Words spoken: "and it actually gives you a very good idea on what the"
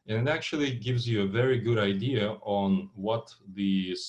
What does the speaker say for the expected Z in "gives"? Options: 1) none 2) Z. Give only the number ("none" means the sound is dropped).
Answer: 2